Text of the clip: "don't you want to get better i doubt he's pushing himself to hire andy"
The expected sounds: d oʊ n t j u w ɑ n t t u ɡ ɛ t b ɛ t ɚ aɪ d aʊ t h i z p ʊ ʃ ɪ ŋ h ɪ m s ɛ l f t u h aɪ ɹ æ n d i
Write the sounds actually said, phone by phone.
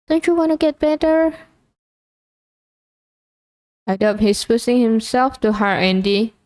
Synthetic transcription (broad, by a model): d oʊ n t j u w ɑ n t t u ɡ ɛ t b ɛ t ɚ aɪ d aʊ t h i s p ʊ s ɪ ŋ h ɪ m s ɛ l f t u h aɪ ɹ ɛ n d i